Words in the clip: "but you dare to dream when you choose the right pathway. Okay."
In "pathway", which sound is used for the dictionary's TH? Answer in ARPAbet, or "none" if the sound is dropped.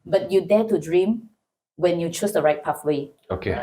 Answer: F